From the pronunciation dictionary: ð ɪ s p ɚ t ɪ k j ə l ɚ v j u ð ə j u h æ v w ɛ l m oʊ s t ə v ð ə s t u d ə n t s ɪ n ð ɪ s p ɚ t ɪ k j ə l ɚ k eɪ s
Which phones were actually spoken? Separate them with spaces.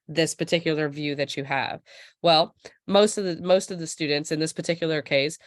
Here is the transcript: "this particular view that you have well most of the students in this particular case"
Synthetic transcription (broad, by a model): ð ɪ s p ɚ t ɪ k j l ɚ v j u ð ə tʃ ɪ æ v w ɛ l m oʊ s t ə v ð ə s t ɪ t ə n t s ɪ n ð ɪ s p ɚ t ɪ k j l ɚ k eɪ s